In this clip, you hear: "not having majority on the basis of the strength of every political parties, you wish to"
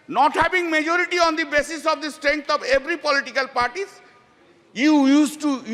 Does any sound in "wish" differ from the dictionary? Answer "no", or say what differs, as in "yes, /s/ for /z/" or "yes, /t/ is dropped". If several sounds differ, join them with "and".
yes, /s/ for /ʃ/